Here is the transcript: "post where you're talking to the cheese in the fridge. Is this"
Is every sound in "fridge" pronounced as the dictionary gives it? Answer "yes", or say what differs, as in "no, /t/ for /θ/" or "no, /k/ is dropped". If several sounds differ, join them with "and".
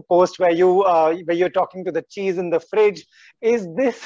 yes